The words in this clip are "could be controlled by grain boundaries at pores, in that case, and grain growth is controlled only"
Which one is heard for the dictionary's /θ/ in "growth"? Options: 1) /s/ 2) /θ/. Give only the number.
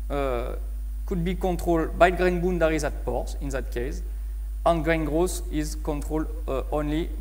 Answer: 1